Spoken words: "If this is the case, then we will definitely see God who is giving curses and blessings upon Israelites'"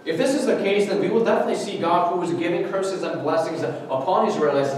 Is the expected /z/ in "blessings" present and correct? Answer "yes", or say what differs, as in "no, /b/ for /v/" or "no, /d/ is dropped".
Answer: yes